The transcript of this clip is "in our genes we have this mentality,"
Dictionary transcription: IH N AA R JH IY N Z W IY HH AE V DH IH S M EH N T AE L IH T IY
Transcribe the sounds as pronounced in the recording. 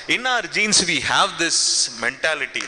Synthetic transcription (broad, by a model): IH N AA R JH IY N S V IY HH AE V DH IH S M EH N T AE L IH T IY